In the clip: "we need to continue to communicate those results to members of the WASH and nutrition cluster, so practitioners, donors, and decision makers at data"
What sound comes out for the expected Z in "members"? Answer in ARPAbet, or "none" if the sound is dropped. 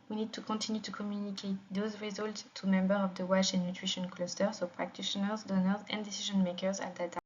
none